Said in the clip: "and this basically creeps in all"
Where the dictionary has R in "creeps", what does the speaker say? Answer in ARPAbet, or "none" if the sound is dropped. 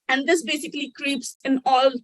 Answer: R